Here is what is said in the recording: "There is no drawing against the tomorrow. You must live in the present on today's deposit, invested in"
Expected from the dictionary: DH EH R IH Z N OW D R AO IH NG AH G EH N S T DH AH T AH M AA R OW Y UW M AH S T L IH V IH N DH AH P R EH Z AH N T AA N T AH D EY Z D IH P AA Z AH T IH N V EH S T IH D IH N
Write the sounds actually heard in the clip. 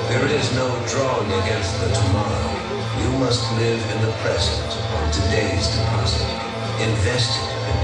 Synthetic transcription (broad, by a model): DH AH R IH Z N OW D R AO IH NG AH G EH N S T DH AH T AH M AA R OW Y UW M AH S T L IH V IH N DH AH P R EH Z AH N T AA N T AH D EY Z D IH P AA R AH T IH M V EH S T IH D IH